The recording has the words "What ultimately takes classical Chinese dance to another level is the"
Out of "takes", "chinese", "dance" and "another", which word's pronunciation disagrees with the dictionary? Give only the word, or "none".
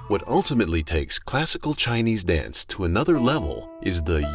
none